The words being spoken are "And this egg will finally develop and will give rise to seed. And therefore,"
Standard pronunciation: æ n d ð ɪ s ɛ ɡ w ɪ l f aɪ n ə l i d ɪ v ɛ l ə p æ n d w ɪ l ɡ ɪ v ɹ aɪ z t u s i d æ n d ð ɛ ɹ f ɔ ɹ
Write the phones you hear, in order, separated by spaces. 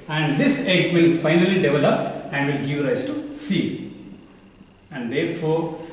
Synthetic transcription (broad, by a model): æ n d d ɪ s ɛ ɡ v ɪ l f aɪ n ə l i d ɪ v ɛ l ə p æ n d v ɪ l ɡ ɪ v ɹ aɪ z t u s i æ n d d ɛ ɹ f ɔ ɹ